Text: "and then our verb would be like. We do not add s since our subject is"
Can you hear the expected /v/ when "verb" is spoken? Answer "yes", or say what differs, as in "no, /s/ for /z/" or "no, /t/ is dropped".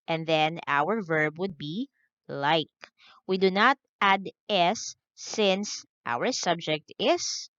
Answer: yes